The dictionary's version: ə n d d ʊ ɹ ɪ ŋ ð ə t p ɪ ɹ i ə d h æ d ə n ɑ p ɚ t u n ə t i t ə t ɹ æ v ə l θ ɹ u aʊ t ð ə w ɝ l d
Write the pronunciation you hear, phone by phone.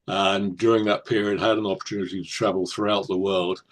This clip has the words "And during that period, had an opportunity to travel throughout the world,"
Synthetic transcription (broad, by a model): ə n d d ʊ ɹ ɪ ŋ ð ə t p ɪ ɹ i ə d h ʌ d ə n ɑ p ɚ t u n ə t i t ə t ɹ æ v ə l θ ɹ u aʊ t ð ə w ɝ l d